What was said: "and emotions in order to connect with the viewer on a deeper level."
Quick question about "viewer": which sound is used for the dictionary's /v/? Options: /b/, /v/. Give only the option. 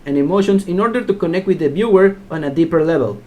/b/